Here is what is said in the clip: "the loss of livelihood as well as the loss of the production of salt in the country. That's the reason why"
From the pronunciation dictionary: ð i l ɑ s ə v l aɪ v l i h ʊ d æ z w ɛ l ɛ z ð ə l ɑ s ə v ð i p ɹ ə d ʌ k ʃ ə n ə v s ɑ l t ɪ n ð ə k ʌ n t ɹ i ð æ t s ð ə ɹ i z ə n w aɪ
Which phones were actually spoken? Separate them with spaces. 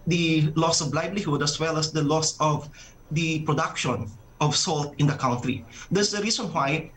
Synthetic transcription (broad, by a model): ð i l ɑ s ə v l aɪ b l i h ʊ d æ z w ɛ l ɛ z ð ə l ɑ s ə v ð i p ɹ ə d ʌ k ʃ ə n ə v s ɑ l t ɪ n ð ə k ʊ n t ɹ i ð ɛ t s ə ɹ i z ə n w aɪ